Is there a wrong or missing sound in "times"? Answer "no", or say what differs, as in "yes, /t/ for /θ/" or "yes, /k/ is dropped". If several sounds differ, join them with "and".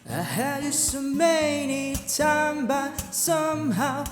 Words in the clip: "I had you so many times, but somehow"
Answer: yes, /z/ is dropped